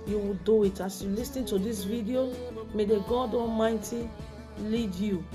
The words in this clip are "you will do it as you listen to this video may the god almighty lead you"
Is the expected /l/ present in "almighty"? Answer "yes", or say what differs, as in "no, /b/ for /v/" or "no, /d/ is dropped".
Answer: no, /l/ is dropped